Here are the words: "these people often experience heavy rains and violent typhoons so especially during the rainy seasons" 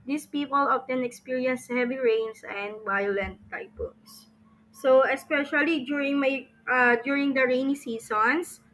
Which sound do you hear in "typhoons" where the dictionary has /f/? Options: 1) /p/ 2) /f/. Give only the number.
1